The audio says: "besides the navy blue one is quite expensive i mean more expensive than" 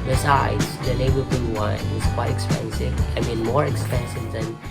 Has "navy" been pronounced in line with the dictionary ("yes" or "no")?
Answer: no